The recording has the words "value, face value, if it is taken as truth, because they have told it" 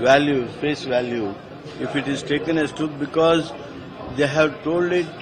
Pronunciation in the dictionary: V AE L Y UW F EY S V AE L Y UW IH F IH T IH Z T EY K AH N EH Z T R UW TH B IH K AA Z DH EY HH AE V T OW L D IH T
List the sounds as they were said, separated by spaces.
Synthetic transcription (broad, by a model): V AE L Y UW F EY S V AE L Y UW IH F IH T IH Z T EY K AH N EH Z T R UW T B IH K AA Z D EY HH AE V T OW L D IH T